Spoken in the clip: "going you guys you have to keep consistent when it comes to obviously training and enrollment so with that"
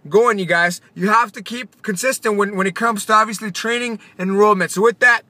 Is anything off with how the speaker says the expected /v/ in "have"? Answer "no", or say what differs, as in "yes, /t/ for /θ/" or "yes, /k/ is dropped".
yes, /f/ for /v/